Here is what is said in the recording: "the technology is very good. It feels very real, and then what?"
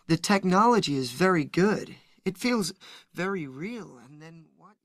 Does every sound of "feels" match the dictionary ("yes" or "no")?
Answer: yes